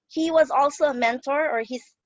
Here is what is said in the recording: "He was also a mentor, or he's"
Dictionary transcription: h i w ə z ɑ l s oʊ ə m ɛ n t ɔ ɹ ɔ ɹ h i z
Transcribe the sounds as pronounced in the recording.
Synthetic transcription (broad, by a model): h i w ə z ɑ l s oʊ ə m ɛ n t ɔ ɹ ɔ ɹ h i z